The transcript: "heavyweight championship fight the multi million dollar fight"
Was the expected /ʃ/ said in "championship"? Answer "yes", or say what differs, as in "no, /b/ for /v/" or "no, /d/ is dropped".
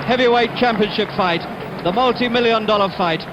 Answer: yes